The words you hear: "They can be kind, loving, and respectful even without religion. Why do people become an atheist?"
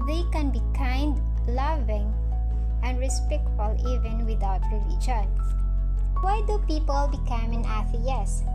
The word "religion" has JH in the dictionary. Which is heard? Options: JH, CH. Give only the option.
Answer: CH